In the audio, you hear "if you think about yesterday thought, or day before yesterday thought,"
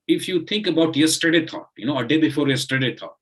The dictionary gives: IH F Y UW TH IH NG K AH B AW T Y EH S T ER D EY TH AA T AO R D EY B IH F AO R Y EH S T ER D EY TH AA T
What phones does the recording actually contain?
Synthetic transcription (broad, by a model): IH F Y UW T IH NG K AH B AW T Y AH S T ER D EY T AA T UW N D EY B IH F AO R Y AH S T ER D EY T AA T